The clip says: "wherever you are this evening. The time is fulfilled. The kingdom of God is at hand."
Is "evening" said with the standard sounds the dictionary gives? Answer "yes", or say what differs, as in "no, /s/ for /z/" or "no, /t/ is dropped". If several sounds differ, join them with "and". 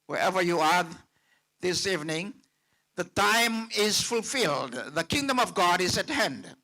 yes